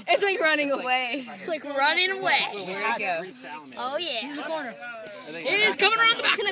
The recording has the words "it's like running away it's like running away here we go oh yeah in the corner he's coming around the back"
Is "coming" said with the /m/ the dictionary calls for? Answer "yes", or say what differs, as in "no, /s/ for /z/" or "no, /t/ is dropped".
no, /m/ is dropped